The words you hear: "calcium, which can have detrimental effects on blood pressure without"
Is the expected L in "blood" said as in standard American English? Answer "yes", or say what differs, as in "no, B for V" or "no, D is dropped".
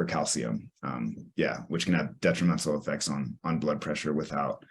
yes